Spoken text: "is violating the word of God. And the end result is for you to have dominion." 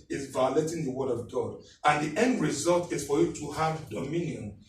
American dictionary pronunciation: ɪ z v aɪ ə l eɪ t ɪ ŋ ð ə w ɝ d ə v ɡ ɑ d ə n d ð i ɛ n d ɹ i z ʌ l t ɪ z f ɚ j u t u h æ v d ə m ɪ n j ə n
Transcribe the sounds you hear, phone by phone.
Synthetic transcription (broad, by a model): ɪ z v aɪ ə l eɪ t ɪ ŋ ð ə w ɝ d ə v ɡ ɑ d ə n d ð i ɛ n d ɹ i z ʌ l t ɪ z f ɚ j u t u h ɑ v d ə m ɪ n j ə n